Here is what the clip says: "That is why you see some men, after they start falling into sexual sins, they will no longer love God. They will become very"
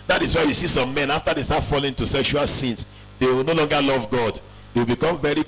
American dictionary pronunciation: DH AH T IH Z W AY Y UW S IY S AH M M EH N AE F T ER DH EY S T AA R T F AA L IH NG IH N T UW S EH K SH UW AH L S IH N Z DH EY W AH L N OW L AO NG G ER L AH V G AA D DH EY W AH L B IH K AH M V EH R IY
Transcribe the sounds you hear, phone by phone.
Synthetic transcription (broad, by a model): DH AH T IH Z W AY Y UW S IY S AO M M EH N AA F T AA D EY S T AA T F AA L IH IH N T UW S EH K SH UW AH L S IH N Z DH EY W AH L N OW L AO NG G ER L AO V G AA D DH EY W AH L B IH K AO M V EH R IY